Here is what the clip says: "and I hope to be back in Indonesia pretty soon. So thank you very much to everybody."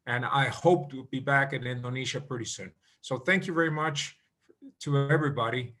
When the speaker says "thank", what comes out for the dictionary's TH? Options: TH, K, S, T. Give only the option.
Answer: TH